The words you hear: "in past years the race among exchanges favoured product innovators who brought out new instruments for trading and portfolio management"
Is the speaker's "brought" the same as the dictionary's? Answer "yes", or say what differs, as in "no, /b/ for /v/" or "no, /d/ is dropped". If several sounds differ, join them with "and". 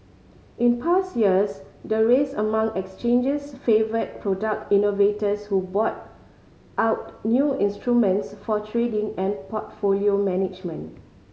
no, /ɹ/ is dropped